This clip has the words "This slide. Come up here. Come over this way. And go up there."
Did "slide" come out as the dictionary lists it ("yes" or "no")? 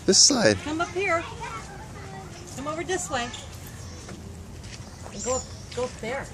no